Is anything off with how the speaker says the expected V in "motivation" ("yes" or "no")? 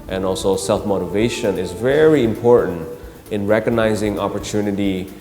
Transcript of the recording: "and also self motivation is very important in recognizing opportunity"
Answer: no